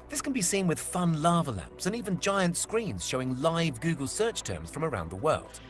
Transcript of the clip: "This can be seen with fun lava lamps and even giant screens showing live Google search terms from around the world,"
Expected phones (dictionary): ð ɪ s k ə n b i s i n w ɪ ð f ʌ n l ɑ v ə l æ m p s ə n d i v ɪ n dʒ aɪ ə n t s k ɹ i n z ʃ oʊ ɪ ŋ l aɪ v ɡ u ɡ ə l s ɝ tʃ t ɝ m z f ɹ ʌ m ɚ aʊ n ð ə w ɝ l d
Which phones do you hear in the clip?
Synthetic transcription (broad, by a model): ð ɪ s k ə n b i s i n w ɪ ð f ʌ n l ɑ v ə l æ m p s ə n i v ɪ n dʒ aɪ ə n t s k ɹ i n z ʃ oʊ ɪ ŋ l aɪ v ɡ u ɡ ə l s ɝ tʃ t ɝ m z f ɹ ʌ m ɚ aʊ n ð ə w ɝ l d